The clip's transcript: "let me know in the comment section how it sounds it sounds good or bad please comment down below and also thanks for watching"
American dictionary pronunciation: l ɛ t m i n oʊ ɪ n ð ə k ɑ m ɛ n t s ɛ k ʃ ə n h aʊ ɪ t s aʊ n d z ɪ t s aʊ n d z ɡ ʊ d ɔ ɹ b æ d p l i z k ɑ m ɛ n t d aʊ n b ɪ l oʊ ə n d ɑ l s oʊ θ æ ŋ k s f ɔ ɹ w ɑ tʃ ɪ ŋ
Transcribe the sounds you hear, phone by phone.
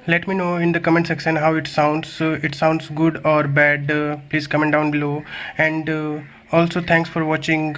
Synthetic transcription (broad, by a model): l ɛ t m i n oʊ ɪ n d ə k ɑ m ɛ n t s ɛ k s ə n h aʊ ɪ t s aʊ n d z ɪ t s aʊ n d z ɡ ʊ d ɔ ɹ b æ d p l i z k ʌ m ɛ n d aʊ n b ɪ l oʊ ə n d ɑ l s oʊ t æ ŋ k s f ɔ ɹ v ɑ tʃ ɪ ŋ